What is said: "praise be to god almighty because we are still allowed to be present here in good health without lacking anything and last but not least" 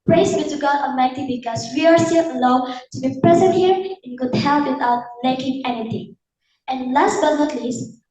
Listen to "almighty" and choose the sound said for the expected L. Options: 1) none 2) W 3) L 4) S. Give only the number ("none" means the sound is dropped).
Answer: 1